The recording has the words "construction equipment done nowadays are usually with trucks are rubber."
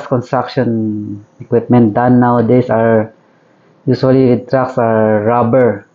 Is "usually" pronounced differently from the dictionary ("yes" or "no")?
yes